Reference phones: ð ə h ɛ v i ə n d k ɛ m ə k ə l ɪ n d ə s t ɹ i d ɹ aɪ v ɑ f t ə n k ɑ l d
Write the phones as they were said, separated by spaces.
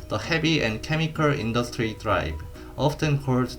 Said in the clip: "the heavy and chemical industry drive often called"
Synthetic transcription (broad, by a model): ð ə h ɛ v i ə n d k ɛ m ə k ə l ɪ n d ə s t ɹ i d ɹ aɪ b ɑ f t ə n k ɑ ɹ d